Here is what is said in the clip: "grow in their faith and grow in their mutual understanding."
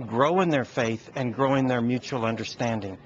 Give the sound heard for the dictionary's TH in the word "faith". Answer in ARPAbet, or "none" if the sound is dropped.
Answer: TH